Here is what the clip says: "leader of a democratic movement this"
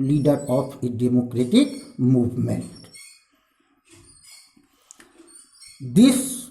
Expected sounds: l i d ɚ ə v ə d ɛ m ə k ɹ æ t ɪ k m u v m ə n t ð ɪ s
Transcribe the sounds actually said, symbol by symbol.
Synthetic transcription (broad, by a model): l i d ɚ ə p ə d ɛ m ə k ɹ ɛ t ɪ k m u v m ə n t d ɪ s